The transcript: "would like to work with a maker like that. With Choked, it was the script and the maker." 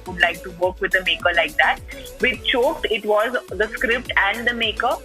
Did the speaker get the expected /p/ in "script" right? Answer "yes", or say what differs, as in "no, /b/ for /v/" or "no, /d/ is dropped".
yes